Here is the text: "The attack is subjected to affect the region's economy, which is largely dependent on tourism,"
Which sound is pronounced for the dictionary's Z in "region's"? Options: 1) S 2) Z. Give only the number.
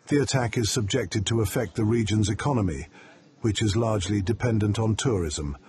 2